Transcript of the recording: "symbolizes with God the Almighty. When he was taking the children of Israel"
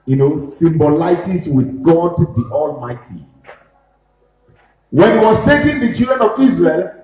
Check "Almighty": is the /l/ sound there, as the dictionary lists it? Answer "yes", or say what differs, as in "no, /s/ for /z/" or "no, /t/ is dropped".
yes